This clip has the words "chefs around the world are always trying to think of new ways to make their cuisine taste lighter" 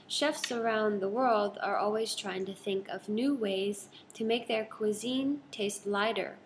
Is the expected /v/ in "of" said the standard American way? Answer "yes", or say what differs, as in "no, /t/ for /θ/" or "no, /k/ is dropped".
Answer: yes